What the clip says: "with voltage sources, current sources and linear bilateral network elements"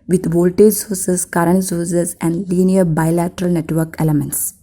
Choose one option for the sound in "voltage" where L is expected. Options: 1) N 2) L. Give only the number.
2